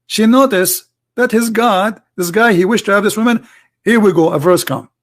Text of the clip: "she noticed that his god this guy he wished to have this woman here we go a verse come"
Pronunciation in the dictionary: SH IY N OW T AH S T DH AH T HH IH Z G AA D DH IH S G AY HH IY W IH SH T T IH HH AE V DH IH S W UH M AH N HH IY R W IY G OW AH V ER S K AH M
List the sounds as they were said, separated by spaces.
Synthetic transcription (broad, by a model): SH IY N OW T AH S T DH AH T HH IH Z G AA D DH IH S G AY HH IY W IH SH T T IH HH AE V DH IH S W UH M AH N HH IY R W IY G OW AH V ER S K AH M